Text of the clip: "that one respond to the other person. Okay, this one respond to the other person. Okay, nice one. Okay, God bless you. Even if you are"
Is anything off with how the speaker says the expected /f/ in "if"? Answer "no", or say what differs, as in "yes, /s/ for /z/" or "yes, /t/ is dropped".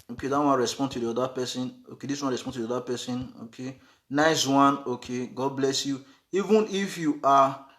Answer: no